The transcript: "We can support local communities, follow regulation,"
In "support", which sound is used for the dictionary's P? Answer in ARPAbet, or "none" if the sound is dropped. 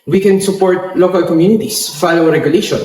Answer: P